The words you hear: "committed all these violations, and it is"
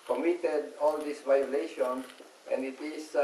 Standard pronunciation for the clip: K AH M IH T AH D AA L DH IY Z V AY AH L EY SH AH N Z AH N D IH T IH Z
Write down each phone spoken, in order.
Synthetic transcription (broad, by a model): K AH M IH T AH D AA L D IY S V AY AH L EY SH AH N AH N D IH T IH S